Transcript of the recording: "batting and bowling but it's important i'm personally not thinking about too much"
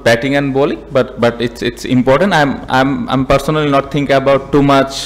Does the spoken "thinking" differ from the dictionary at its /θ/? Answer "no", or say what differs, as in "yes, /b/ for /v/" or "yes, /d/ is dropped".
yes, /t/ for /θ/